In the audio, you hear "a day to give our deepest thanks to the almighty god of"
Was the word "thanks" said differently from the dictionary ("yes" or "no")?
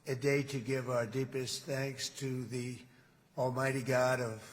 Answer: no